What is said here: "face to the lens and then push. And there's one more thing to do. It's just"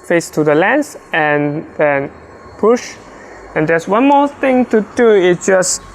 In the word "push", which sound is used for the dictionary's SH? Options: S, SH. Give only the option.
SH